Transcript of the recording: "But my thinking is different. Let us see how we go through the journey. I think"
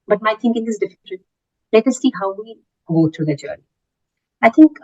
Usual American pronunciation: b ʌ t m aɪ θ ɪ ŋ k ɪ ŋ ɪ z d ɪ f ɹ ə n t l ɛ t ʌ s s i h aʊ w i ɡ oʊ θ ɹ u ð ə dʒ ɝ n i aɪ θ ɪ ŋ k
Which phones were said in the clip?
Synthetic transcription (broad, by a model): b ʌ t m aɪ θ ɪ ŋ k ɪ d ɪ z d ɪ f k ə l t l ɛ t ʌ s s i h aʊ w i ɡ oʊ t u ð ə dʒ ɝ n i aɪ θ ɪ ŋ k